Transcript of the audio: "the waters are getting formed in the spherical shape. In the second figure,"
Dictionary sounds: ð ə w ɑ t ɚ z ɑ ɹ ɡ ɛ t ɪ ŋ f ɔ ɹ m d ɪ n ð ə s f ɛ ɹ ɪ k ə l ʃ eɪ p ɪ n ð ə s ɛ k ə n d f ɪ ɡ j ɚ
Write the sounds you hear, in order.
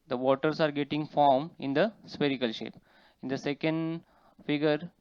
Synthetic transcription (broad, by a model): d ə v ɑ t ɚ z ɑ ɹ ɡ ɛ t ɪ ŋ f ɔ ɹ m ɪ n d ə s p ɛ ɹ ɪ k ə l ʃ eɪ p ɪ n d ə s ɛ k ə n d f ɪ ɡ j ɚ